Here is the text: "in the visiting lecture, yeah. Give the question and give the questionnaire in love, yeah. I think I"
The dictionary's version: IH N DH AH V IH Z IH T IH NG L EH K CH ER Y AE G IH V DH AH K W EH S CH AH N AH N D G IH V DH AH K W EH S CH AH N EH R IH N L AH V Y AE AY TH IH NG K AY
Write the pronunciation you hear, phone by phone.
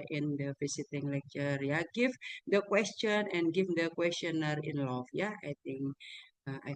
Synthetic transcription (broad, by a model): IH N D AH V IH S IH T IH NG L EH K CH ER Y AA G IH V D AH K W EH S CH AH N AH N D G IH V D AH K W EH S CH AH N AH R IH N L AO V Y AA AY T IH NG K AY